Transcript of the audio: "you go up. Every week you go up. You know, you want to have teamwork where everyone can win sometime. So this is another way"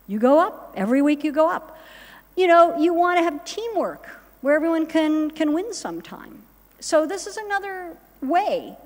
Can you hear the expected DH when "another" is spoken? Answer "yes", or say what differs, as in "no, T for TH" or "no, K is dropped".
yes